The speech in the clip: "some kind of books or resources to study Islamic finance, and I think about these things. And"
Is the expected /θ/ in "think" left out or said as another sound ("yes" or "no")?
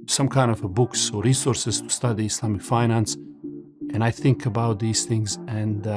no